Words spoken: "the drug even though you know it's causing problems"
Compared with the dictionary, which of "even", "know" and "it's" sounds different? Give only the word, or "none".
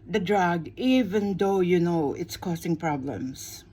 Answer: none